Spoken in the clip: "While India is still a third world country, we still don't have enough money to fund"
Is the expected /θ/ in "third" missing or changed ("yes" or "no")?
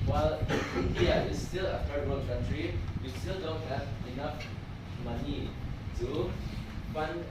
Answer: yes